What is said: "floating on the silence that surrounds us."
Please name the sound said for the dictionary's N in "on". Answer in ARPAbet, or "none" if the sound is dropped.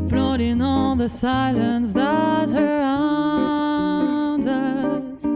L